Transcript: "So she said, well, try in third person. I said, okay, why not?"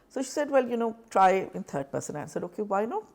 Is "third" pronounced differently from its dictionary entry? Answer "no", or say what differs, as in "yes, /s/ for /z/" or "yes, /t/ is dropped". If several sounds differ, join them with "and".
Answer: yes, /t/ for /θ/